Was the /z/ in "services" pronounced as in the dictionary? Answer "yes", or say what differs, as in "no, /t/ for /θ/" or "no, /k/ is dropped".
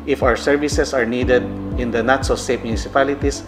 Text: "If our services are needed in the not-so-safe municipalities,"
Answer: no, /s/ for /z/